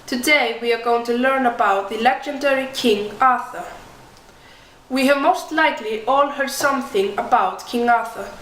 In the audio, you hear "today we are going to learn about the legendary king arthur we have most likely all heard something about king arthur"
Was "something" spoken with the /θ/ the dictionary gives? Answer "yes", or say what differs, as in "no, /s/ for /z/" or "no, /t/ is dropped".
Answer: yes